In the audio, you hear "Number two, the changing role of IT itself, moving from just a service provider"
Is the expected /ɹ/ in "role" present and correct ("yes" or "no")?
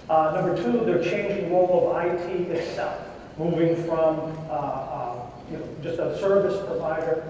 no